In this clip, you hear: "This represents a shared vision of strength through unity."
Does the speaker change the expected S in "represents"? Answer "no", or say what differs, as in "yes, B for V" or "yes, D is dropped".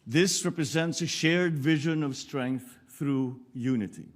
no